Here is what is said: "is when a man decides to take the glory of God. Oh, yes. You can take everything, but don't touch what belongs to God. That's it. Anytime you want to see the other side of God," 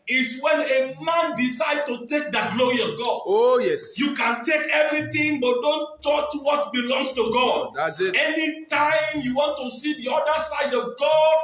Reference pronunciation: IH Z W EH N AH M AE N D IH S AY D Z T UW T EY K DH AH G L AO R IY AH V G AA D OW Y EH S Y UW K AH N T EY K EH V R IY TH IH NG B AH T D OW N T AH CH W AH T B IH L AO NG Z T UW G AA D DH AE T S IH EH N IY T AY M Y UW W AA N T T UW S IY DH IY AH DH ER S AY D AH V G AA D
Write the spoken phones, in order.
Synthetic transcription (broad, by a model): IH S W EH N AH M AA N D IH S AY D T UW T EY K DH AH G L AO R IY AH V G AA D OW Y EH S Y UW K AH N T EY K EH V R IY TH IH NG B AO T D OW N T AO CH W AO T B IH L AO NG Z T UW G AA D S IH EH N IY T AY M Y UW W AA N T T UW S IY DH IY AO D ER S AY D AH V G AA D